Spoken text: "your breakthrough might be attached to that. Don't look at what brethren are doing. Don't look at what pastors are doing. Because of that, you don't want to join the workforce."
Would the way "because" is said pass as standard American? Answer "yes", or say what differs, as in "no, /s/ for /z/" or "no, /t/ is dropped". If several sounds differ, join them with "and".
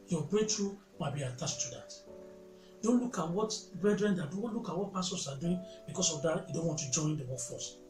no, /s/ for /z/